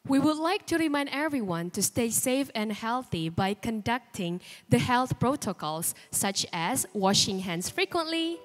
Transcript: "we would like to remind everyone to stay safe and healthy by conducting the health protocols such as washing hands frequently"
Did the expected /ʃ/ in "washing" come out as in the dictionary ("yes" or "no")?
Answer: yes